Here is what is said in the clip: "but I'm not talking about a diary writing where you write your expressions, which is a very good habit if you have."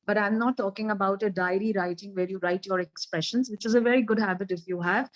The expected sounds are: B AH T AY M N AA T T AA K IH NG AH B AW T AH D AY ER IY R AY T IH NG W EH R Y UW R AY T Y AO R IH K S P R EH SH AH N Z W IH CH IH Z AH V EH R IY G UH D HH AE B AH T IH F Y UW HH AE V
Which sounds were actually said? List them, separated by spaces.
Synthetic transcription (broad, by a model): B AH T AY M N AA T T AA K IH NG AH B AW T AH D AY ER IY R AY T IH NG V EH R Y UW R AY T Y AO R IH K S P R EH SH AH N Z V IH CH IH Z AH V EH R IY G UH D HH AE B AH T IH F Y UW HH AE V